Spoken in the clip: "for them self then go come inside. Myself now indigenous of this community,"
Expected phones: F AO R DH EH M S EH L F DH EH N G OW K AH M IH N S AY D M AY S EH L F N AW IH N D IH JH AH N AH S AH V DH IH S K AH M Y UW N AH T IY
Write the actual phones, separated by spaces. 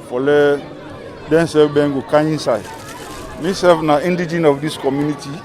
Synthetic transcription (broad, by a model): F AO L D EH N S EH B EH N G OW K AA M IH N S AY D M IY S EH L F N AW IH N D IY JH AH N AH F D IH S K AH M Y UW N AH T IY